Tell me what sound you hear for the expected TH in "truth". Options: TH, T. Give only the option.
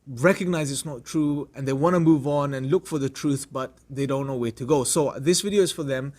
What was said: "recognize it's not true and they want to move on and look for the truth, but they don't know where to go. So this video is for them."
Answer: TH